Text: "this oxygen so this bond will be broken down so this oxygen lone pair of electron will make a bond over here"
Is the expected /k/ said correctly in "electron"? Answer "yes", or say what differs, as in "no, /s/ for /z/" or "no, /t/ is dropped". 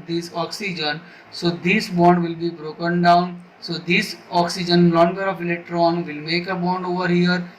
yes